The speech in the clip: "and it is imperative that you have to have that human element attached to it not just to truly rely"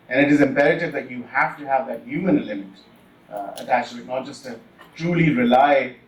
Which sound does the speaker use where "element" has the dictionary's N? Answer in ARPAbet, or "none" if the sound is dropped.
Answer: none